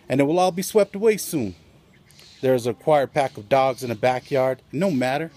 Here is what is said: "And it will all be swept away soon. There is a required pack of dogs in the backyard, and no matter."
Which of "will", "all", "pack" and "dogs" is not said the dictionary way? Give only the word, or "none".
none